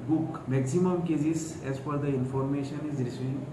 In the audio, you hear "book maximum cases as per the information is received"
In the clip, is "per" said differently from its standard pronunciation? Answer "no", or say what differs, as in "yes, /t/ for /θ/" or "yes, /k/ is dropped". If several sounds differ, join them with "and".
yes, /f/ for /p/